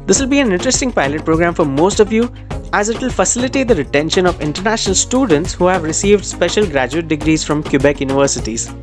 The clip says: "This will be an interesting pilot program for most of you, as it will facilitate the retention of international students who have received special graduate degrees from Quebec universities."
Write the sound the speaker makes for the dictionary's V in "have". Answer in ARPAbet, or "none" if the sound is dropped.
V